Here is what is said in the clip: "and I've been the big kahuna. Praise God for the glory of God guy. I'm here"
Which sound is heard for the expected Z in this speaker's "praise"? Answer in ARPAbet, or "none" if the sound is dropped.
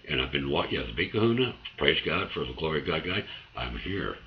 Z